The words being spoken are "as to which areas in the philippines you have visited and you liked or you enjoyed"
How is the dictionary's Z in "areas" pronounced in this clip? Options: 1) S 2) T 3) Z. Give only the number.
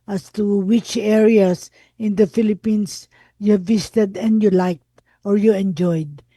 1